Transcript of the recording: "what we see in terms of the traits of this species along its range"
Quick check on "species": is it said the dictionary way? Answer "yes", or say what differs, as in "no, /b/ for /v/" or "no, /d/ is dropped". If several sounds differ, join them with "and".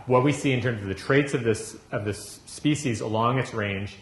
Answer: yes